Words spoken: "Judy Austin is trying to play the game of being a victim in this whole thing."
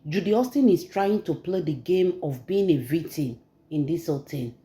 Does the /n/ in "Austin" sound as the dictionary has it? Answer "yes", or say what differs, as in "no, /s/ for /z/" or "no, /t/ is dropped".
yes